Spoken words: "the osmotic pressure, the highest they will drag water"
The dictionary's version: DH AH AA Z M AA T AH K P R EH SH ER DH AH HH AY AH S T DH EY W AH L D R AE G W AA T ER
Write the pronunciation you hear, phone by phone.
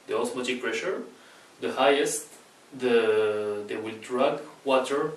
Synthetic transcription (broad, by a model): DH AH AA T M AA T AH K P R EH SH ER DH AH HH AY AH S T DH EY W AH L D R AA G W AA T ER